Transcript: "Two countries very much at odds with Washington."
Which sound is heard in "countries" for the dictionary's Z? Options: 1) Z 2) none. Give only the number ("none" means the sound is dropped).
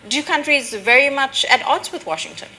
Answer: 1